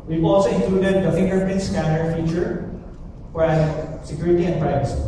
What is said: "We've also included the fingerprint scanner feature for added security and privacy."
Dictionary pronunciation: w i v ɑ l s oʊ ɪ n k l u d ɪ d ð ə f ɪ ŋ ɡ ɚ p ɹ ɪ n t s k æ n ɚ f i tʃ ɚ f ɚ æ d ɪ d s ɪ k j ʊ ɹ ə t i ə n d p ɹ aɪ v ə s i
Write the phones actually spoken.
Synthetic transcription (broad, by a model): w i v ɑ l s oʊ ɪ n k l u d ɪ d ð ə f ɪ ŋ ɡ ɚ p ɪ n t s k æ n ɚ f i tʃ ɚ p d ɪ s s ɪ k j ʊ ɹ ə t i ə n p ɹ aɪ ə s